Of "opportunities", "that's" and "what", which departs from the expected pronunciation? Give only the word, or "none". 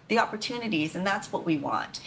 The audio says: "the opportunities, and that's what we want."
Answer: none